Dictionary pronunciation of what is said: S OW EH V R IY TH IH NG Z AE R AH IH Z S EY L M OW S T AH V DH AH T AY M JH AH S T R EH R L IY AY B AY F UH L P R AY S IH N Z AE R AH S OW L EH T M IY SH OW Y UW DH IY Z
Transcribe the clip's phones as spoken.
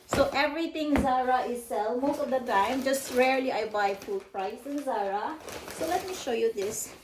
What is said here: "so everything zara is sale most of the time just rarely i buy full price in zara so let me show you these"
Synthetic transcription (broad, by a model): S OW EH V R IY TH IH NG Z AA R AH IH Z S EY L M OW S T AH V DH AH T AY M JH AH S T R EH R L IY AY B AY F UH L P R AY S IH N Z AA R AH S OW L EH T M IY SH OW Y UW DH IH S